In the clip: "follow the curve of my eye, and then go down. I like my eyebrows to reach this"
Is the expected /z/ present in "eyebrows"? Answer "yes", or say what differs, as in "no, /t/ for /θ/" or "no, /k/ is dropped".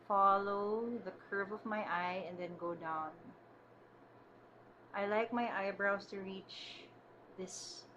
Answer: no, /s/ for /z/